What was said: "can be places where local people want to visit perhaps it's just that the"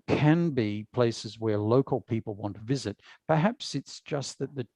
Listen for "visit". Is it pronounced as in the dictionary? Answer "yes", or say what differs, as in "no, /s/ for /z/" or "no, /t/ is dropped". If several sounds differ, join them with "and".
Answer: yes